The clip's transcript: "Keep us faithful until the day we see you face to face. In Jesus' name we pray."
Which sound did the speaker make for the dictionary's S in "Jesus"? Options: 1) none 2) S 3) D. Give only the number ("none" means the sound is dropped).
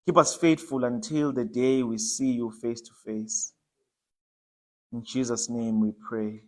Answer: 2